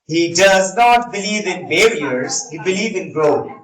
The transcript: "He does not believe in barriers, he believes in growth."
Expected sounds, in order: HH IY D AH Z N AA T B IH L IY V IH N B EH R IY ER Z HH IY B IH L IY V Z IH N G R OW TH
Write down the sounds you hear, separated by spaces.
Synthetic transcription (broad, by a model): HH IY D AH Z N AA T B IH L IY V IH N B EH R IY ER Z HH IY B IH L IY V IH N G R OW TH